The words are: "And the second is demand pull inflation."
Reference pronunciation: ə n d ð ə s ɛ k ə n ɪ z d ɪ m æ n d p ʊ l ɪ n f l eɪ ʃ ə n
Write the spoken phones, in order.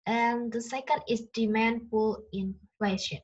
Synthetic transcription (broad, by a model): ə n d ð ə s ɛ k ə n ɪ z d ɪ m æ n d f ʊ l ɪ n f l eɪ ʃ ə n